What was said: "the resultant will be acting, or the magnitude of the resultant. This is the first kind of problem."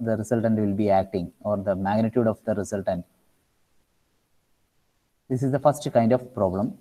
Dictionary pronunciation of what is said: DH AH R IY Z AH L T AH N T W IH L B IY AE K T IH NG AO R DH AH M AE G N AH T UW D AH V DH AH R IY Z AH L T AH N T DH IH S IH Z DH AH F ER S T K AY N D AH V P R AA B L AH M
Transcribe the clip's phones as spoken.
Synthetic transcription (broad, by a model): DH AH R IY S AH L T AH N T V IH L B IY AE K T IH NG AO R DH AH M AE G N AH T UW D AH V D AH R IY S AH L T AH N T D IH S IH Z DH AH F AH S T K AY N D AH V P R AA B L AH M